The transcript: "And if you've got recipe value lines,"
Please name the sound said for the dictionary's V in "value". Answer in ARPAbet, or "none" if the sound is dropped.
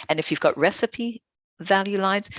V